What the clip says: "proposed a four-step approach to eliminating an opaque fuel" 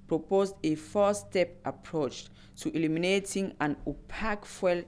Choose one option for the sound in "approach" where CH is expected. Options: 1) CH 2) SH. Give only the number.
1